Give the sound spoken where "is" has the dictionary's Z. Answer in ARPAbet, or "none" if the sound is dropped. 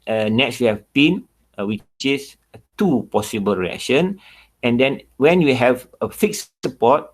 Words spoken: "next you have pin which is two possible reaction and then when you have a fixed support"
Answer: S